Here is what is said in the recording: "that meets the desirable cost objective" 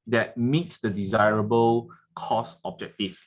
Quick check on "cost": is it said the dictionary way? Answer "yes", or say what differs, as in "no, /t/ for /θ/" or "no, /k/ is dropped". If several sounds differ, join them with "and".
no, /t/ is dropped